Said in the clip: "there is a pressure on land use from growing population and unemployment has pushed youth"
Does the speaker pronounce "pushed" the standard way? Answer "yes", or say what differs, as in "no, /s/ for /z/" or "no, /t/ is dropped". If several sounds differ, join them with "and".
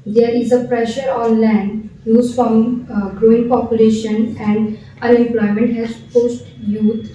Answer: no, /s/ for /ʃ/